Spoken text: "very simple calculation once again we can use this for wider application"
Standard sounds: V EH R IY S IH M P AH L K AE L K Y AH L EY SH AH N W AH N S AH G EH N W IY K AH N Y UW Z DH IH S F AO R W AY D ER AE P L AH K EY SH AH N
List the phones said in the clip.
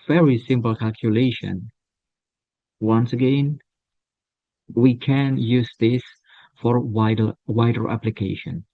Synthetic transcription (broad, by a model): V EH R IY S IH M P L K AE L K Y AH L EY SH AH N W AH N S AH G EH N W IY K AH N Y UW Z DH IH S F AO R W AY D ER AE P L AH K EY SH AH N